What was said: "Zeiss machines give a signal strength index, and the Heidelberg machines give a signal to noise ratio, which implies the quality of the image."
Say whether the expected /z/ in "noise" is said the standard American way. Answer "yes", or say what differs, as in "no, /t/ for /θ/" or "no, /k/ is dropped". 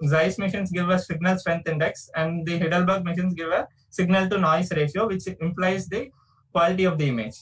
no, /s/ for /z/